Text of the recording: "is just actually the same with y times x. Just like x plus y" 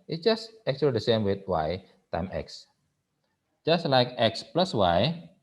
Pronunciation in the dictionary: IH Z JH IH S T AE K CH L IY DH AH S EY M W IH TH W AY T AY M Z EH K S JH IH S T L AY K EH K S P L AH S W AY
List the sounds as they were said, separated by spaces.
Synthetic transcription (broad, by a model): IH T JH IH S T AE K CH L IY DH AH S EY M W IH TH W AY T AY M EH K S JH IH S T L AY K EH K S P L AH S W AY